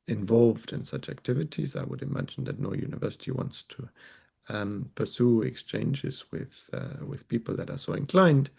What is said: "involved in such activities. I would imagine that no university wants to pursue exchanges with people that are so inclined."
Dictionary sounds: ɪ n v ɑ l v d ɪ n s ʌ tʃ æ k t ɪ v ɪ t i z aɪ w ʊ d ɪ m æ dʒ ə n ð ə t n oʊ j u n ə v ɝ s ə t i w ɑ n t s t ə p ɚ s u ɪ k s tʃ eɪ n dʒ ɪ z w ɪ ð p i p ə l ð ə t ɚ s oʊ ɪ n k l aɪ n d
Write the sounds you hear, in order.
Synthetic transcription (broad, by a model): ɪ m v ɑ l v d ɪ n s ʌ tʃ æ k t ɪ v ɪ t i z aɪ w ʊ d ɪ m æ dʒ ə n ð ə t n oʊ j u n ə v ɝ s ə t i w ɑ n t s t ə p ɚ s u ɪ k s tʃ eɪ n dʒ ɪ z w ɪ ð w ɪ p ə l ð ə t ɚ s oʊ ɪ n k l aɪ n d